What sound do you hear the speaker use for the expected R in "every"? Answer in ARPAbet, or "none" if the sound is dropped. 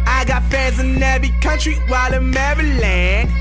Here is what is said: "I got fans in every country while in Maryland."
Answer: none